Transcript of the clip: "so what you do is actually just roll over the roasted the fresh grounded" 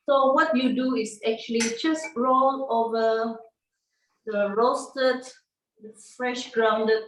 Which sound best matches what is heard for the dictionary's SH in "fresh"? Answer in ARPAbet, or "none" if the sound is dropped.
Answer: SH